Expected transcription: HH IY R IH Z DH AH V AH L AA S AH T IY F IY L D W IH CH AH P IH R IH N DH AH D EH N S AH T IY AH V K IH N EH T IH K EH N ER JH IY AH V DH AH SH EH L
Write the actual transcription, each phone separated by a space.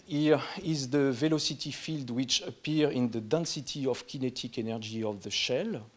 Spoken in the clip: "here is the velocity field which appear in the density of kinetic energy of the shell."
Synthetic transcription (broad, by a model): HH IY R IH Z DH AH V AH L AA S AH T IY F IY L D W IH CH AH P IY R IH N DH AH D EH N S AH T IY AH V K IH N EH T IH K EH N ER JH IY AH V DH AH SH EH L